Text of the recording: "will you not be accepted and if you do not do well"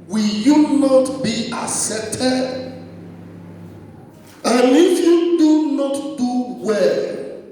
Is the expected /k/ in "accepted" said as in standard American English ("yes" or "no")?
no